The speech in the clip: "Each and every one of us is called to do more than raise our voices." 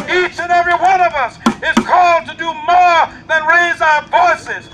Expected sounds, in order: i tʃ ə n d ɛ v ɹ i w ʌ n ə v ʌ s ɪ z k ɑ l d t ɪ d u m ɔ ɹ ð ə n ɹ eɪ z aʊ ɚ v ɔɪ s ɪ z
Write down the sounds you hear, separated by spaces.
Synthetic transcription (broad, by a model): i tʃ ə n ɛ v ɹ i w ʌ n ə v ʌ s ɪ z k ɑ l d t ɪ d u m ɔ ɹ ð ə n ɹ eɪ z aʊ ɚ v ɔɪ s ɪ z